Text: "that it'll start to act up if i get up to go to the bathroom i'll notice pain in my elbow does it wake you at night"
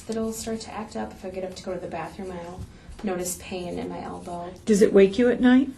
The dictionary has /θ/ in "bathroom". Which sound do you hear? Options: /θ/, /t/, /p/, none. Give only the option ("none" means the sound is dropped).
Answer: /θ/